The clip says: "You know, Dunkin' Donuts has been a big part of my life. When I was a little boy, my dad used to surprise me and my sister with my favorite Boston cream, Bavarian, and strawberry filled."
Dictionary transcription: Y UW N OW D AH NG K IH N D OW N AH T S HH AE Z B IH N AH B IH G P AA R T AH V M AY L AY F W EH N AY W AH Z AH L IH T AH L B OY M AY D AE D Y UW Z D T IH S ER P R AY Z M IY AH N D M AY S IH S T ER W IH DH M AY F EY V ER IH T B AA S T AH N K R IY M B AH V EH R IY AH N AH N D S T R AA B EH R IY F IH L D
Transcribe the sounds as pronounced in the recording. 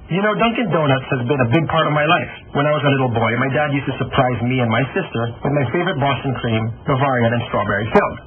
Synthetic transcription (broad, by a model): Y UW N OW D AH NG K IH N D OW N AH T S HH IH Z B IH N AH B IH G P AA R T AH V M AY L AY F W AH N AY W AH Z AH L IH T L B OY M AY D AE D Y UW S T IH S ER P R AY Z M IY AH N M AY S IH S T ER W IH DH M AY F EY V ER IH T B AA S T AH N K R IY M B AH V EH R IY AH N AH N S T R AA B EH R IY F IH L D